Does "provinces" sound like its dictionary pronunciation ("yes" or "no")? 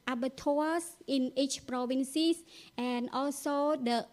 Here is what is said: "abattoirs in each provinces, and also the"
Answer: no